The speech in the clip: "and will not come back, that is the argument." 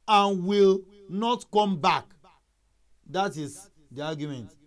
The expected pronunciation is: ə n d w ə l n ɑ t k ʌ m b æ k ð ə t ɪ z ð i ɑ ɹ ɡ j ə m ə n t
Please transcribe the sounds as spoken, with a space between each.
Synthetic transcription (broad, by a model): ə n w ə l n ɑ t k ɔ m b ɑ k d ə t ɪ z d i ɑ ɡ j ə m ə n t